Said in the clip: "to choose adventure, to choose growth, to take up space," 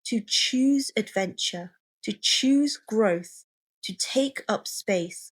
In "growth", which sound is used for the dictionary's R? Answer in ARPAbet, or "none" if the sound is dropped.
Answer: R